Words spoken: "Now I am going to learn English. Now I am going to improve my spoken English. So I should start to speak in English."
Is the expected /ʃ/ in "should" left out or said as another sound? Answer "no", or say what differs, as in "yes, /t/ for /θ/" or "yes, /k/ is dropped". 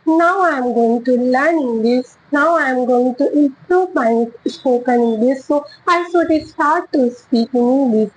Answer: yes, /s/ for /ʃ/